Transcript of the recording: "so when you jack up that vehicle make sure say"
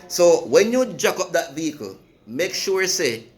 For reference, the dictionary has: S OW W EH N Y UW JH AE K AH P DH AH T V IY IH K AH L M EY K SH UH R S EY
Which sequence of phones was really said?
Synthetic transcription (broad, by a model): S OW W EH N Y UW JH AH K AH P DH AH T V IY IH K AH L M EY K SH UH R S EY